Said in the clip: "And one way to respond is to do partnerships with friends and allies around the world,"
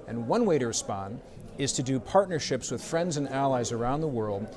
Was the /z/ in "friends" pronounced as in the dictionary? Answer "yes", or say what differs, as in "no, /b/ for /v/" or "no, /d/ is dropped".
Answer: yes